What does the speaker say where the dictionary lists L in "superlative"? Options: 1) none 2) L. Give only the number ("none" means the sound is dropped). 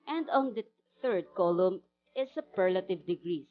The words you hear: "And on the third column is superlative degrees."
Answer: 2